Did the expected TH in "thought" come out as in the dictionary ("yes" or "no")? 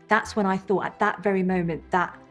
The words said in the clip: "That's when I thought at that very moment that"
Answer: yes